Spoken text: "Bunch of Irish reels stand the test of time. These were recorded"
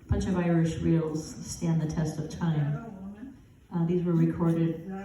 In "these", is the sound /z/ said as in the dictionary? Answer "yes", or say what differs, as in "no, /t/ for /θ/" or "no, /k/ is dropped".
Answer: yes